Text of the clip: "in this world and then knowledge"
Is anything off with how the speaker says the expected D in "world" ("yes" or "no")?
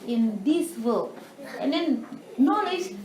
yes